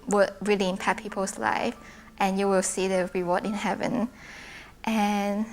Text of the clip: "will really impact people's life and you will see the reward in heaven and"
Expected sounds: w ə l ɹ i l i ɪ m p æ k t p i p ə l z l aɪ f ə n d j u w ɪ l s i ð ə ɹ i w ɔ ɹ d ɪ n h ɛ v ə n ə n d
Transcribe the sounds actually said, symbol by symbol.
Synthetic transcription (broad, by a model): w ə ɹ i l i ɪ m p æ t p i p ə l s l aɪ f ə n j u w ɪ l s i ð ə ɹ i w ɔ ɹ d ɪ n h ɛ v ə n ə n